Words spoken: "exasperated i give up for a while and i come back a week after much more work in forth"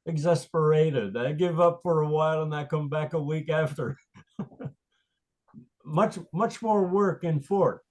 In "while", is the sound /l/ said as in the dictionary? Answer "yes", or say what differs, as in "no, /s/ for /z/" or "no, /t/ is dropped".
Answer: yes